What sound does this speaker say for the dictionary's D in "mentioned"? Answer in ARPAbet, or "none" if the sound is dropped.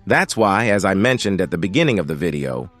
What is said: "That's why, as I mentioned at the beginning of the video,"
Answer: D